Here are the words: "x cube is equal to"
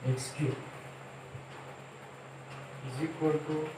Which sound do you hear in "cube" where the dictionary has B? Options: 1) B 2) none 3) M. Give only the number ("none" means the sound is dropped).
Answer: 2